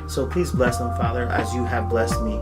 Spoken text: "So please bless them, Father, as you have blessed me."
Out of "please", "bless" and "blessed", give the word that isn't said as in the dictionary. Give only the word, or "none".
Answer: none